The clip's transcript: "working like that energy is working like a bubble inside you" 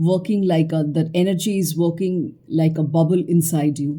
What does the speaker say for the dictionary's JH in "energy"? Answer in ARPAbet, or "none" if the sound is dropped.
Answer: JH